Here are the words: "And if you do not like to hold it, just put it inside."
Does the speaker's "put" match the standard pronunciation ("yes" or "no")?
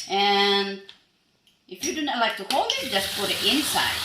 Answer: no